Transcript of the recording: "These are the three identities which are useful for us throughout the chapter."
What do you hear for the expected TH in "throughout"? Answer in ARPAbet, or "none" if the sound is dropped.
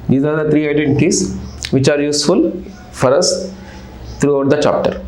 T